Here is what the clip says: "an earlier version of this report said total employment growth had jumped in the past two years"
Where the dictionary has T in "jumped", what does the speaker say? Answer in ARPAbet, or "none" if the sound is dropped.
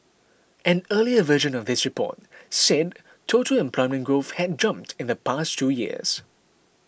T